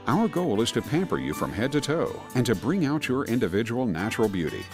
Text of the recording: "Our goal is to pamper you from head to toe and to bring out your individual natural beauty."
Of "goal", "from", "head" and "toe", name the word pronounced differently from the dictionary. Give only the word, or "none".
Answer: none